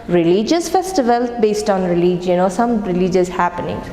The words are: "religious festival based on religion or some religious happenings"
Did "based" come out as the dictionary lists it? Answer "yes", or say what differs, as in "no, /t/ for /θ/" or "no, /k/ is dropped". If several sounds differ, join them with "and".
yes